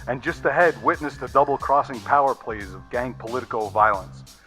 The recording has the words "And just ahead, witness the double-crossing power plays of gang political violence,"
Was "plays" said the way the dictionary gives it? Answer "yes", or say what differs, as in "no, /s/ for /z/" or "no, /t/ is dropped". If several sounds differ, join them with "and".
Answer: yes